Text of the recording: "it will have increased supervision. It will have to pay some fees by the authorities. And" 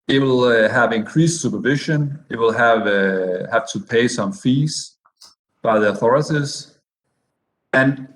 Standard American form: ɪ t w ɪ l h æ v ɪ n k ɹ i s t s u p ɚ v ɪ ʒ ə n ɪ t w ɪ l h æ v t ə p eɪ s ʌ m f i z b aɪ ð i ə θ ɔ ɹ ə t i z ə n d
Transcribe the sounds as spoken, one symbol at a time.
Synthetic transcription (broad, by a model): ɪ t w ɪ l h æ v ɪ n k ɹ i s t s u p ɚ v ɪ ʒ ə n ɪ t w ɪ l h æ v t ə p eɪ s ʌ m f i z b aɪ ð i ə θ ɔ ɹ ə t i z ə n